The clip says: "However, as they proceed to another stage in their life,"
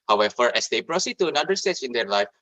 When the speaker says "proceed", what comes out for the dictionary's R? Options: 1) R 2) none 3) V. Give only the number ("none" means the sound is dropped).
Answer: 1